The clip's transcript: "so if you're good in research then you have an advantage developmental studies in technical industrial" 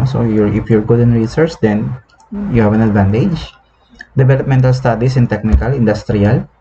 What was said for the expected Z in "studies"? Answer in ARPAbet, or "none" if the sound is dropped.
S